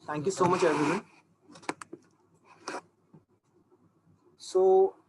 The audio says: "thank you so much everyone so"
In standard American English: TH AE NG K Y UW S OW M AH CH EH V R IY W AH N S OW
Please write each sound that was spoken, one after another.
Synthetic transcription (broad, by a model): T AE NG K Y UW S OW M AH CH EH R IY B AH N S OW